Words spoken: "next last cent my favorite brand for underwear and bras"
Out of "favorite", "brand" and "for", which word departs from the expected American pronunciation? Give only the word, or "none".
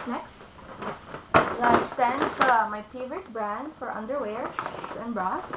none